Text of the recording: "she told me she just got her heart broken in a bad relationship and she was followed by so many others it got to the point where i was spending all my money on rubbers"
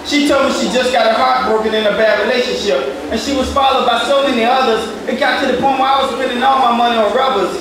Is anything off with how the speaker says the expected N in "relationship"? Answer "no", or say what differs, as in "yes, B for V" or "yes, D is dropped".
no